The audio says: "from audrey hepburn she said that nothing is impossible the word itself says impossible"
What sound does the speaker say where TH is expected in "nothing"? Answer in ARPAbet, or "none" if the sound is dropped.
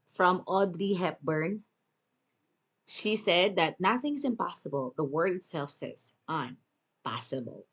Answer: TH